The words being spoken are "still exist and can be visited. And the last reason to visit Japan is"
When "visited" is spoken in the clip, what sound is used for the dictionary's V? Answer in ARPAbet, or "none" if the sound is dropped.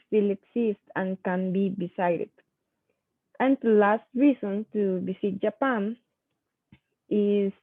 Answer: B